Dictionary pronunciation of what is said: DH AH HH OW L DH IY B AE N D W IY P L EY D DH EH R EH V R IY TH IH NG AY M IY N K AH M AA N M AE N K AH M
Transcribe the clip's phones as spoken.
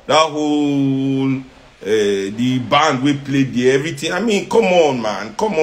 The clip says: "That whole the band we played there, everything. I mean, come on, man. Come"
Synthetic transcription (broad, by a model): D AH HH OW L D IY B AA N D W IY P L EY D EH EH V R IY T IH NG AY M IY N K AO M AA N M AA N K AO M